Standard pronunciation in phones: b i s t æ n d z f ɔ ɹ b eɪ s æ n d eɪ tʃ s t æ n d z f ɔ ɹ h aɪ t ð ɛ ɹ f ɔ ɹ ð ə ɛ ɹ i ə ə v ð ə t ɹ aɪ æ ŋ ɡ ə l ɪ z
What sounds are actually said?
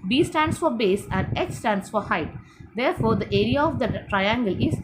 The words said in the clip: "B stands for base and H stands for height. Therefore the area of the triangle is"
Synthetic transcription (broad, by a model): b i s t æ n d s f ɔ ɹ b eɪ s æ n d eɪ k s t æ n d s f ɔ ɹ h aɪ t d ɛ ɹ f ɔ ɹ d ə ɛ ɹ i ə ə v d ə t ɹ aɪ æ ŋ ɡ ə l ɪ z